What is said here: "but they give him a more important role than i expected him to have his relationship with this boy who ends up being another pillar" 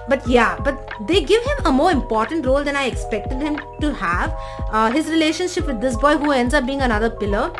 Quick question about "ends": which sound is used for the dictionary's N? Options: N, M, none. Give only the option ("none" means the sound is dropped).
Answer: N